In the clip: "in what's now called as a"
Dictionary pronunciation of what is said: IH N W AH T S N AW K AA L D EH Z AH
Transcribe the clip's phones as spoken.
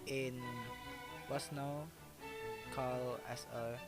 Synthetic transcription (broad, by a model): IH N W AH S N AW K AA L EH S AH